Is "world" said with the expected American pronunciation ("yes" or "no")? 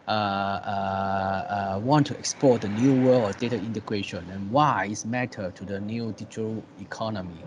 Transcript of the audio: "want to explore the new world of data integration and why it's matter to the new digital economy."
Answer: no